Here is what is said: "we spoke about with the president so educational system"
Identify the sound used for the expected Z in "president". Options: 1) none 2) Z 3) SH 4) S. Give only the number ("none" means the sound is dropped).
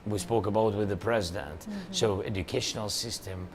2